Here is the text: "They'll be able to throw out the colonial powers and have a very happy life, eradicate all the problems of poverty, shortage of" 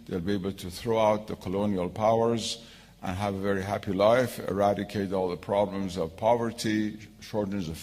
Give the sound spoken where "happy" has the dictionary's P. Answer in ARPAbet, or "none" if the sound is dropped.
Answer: P